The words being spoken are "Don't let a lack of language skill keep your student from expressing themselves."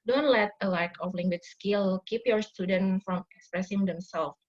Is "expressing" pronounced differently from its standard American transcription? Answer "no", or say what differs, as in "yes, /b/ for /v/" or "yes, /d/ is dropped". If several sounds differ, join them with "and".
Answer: no